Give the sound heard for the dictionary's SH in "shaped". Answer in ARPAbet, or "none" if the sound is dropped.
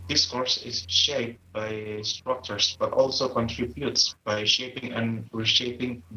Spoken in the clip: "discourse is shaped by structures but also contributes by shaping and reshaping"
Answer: SH